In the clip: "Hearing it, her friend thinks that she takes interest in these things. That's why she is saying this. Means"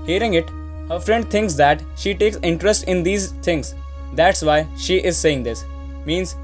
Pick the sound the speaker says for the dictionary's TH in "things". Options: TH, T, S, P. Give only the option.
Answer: T